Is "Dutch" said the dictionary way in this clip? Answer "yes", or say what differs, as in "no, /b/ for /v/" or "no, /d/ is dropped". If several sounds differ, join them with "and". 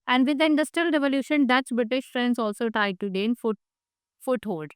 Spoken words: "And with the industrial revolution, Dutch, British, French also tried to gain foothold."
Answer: no, /s/ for /tʃ/